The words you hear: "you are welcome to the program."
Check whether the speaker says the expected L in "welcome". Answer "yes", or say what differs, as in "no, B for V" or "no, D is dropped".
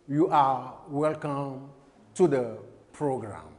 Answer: yes